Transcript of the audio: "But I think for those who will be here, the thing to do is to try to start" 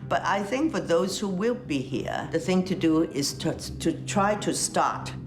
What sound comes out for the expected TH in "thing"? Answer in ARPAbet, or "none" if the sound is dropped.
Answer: TH